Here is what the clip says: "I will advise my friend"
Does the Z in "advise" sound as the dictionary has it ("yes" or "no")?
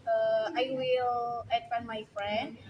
no